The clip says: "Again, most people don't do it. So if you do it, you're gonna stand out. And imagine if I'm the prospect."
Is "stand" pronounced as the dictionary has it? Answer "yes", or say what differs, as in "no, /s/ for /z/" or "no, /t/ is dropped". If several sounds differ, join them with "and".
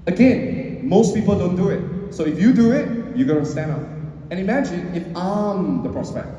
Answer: no, /d/ is dropped